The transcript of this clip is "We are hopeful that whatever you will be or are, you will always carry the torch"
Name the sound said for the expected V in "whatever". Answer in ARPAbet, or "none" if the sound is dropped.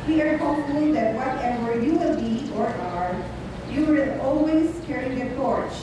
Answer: W